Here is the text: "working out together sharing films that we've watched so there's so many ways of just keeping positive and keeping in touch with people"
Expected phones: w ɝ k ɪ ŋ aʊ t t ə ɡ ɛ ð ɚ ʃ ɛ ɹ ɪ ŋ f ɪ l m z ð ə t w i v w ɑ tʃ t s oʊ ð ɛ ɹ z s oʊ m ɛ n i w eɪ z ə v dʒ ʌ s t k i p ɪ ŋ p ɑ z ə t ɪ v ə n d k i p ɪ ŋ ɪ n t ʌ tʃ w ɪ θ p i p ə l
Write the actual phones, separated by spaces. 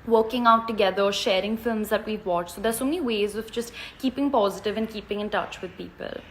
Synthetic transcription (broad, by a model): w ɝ k ɪ ŋ aʊ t t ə ɡ ɛ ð ɚ ʃ ɛ ɹ ɪ ŋ f ɪ l m z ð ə t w i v w ɑ tʃ t s oʊ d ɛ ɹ s oʊ m ɛ n i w eɪ z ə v dʒ ʌ s t k i p ɪ ŋ p ɑ z ə t ɪ v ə n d k i p ɪ ŋ ɪ n t ʌ tʃ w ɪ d p i p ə l